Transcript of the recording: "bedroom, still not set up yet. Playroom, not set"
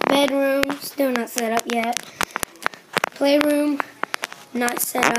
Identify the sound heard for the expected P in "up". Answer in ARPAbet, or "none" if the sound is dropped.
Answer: P